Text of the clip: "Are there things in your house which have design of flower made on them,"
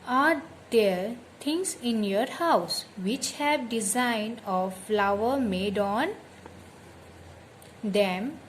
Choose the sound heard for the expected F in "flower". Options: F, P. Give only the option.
F